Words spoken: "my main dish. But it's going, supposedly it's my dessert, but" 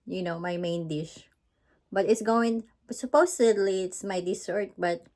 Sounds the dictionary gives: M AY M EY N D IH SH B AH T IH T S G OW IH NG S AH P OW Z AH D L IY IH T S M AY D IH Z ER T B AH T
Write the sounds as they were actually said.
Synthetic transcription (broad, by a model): M AY M EY N D IH SH B AH T IH T S G OW IH NG S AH P OW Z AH D L IY IH T S M AY D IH S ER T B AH T